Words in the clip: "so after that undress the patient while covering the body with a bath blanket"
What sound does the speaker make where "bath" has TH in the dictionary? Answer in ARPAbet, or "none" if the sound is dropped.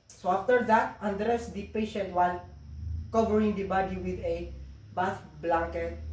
F